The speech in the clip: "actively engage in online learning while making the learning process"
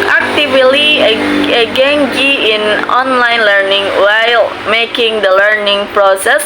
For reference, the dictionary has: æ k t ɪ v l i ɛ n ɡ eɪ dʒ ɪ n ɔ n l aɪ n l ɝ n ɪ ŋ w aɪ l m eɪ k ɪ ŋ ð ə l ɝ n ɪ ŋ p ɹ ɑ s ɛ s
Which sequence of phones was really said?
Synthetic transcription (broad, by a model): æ k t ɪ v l i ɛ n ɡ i ɪ n ɔ n l aɪ n l ɝ n ɪ ŋ w aɪ l m eɪ k ɪ ŋ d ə l ɝ n ɪ ŋ p ɹ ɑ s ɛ s